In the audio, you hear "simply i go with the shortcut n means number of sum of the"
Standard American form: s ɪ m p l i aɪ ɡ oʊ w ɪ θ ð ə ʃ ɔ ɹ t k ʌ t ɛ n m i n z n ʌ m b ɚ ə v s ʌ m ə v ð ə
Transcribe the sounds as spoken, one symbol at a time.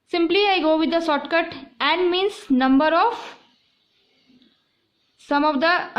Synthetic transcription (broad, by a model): s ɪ m p l i aɪ ɡ oʊ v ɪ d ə s ɔ t k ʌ t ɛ n m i n s n ʌ m b ɚ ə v s ʌ m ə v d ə